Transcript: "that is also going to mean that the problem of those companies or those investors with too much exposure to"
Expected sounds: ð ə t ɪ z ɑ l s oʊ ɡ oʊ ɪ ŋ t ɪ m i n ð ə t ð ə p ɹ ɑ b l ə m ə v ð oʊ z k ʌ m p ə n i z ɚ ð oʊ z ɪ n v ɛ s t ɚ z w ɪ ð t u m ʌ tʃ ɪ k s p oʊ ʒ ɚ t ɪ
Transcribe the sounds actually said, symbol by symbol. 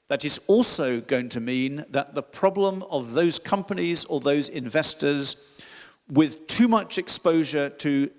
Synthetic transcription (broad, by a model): ð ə t ɪ z ɑ l s oʊ ɡ oʊ ɪ ŋ t ɪ m i n ð ə t ð ə p ɹ ɑ b l ə m ə v ð oʊ z k ʌ m p ə n i z ɚ ð oʊ z ɪ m v ɛ s t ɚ z w ɪ ð t u m ʌ tʃ ɪ k s p oʊ ʒ ɚ t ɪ